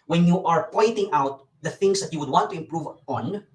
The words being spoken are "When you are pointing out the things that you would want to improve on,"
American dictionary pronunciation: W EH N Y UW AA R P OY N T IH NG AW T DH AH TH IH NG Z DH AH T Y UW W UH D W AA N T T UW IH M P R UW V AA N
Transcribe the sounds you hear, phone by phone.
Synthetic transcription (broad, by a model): W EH N Y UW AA R P OY N T IH NG AW T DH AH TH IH NG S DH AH T Y UW W UH D W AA N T T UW IH M P R UW V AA N